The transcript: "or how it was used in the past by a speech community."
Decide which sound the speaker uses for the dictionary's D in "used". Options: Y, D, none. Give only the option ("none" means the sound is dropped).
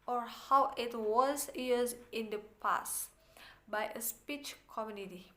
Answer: none